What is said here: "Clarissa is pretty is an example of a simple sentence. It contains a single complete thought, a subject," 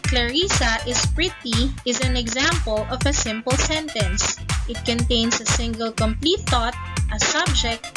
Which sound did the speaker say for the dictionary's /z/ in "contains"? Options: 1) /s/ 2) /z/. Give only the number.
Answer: 1